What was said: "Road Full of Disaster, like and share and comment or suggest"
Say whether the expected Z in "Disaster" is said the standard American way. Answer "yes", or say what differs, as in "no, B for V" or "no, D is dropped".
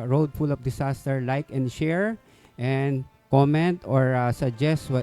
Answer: no, S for Z